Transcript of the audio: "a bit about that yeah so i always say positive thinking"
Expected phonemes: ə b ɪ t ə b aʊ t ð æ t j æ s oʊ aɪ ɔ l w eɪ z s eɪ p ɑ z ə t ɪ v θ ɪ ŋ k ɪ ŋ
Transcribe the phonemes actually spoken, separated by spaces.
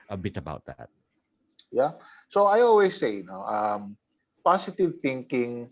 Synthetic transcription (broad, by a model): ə b ɪ t ə b aʊ t ð æ t j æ s oʊ aɪ ɔ l w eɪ s eɪ p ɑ s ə t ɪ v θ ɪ ŋ k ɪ ŋ